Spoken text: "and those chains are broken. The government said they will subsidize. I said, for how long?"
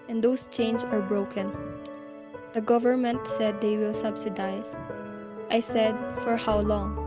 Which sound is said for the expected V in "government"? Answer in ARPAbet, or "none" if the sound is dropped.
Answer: V